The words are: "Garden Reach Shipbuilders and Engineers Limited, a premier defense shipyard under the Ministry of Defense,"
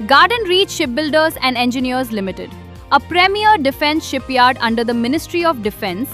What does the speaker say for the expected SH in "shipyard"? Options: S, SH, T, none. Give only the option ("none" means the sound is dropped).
SH